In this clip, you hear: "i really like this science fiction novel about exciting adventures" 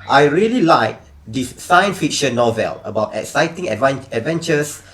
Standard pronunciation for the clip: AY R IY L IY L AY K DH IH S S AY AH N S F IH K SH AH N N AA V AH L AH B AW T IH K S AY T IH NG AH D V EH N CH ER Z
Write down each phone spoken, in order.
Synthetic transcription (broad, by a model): AY R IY L IY L AY K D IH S S AY AH N S F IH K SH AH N N AA V AH L AH B AW T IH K S AY T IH NG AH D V EH N CH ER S